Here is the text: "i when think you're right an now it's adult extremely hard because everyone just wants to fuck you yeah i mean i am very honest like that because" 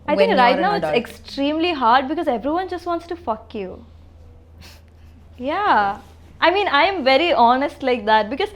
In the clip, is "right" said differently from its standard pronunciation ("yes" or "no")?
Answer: yes